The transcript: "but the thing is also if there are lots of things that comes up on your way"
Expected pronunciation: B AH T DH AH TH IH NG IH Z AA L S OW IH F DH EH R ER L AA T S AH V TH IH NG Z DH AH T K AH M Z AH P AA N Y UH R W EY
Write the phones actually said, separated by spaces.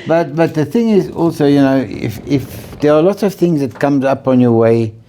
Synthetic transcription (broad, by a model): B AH T DH AH TH IH NG IH Z AA L S OW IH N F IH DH ER L AA T S AH V TH IH NG Z DH AH T K AH M Z AH P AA N Y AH R W EY